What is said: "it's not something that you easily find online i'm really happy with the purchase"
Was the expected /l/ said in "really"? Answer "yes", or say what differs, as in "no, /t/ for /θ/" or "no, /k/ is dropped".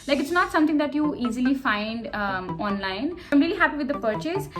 yes